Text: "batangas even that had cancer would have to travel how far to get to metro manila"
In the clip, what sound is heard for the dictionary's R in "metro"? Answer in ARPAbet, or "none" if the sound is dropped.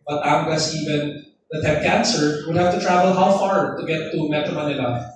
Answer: none